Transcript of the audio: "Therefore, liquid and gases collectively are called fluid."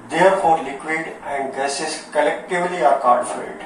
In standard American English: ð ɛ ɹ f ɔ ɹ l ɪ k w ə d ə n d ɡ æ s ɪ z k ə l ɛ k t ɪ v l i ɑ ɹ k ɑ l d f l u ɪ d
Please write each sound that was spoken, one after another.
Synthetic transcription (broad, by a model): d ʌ ɹ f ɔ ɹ l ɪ k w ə d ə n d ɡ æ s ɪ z k ə l ɛ k t ɪ v l i ɑ ɹ k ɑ d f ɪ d